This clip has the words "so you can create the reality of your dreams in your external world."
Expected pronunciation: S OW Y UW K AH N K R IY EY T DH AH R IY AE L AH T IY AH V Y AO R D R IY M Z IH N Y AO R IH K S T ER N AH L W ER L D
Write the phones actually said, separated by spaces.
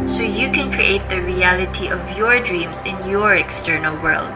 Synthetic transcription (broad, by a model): S OW Y UW K AH N K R IY EY T DH AH R IY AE L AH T IY AH V Y AO R D R IY M Z IH N Y AO R IH K S T ER N AH L W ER L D